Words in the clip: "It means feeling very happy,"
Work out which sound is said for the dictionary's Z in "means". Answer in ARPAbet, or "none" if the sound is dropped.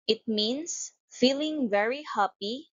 S